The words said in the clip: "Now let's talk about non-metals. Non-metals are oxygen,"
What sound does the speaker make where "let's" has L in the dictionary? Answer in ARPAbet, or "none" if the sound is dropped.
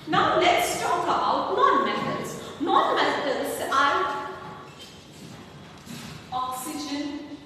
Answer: N